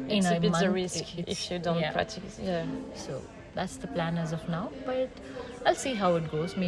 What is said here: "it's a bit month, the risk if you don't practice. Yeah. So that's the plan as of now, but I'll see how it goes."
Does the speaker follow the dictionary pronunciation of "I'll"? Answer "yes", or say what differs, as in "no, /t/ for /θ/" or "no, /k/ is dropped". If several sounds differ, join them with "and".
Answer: yes